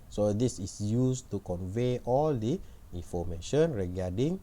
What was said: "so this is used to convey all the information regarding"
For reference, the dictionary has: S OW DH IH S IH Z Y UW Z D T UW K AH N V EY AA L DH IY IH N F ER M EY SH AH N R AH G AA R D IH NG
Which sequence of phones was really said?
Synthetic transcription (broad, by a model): S OW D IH S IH S Y UW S T UW K AH N V EY AA L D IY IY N F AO M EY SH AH N R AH G AA D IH NG